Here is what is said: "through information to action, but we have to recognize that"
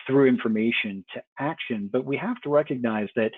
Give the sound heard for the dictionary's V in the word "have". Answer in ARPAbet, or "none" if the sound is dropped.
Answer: F